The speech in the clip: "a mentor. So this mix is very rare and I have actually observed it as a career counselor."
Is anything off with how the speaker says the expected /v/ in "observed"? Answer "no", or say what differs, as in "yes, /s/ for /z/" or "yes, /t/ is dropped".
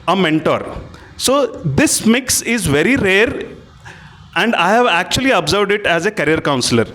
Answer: no